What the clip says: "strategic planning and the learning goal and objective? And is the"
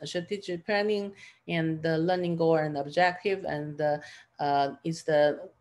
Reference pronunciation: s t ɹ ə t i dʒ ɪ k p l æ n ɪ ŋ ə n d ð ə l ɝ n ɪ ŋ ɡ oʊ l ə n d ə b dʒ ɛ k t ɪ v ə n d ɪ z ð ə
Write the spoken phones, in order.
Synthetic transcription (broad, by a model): s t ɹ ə t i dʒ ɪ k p æ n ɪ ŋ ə n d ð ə l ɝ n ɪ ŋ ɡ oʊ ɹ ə n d ə b dʒ ɛ k t ɪ v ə n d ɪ s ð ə